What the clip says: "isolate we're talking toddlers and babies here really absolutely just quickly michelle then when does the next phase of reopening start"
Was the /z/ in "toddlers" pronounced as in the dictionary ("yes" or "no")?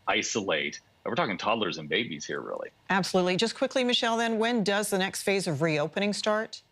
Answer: yes